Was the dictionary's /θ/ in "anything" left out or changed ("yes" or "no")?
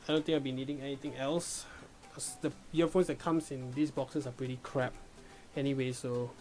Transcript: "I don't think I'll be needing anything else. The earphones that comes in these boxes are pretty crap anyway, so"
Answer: yes